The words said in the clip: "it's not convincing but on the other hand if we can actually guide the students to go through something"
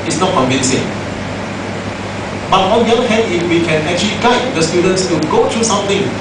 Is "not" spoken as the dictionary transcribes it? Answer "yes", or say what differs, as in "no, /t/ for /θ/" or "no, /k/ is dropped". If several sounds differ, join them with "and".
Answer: yes